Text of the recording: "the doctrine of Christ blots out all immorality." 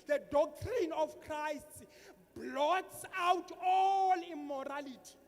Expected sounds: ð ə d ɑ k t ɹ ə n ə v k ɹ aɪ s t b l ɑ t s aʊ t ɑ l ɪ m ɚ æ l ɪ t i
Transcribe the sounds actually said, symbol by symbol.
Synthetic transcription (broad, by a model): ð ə d ɑ k t ɹ ə n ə f k ɹ aɪ s t b l ɑ t s aʊ t ɑ l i m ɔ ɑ l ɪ t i